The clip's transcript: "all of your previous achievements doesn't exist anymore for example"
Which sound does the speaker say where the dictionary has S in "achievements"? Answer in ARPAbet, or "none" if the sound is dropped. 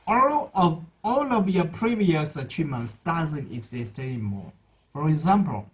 S